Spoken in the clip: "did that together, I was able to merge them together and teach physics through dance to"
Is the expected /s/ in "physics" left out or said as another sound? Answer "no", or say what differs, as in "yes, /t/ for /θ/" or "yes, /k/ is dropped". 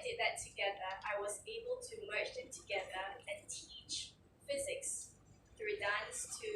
no